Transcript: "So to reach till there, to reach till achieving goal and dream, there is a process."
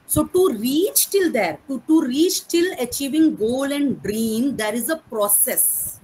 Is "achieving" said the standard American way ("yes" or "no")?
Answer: yes